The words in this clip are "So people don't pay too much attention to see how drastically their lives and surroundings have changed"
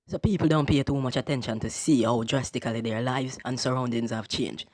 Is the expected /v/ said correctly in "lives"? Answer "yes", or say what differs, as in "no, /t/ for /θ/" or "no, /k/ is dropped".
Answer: yes